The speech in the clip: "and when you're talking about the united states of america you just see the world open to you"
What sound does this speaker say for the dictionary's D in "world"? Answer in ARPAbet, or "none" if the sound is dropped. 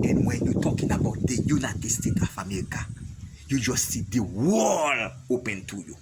none